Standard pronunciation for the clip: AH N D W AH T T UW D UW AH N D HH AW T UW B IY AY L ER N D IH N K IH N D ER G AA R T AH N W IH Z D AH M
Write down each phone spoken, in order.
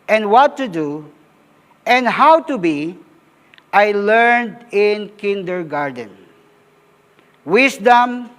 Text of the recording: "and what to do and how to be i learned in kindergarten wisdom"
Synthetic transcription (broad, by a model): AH N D W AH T T UW D UW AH N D HH AW T UW B IY AY L ER N D IH N K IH N D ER G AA R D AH N W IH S D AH M